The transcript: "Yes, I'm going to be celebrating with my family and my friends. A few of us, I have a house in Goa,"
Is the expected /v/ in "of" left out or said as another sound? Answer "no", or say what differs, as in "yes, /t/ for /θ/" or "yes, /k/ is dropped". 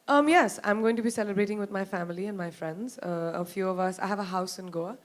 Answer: no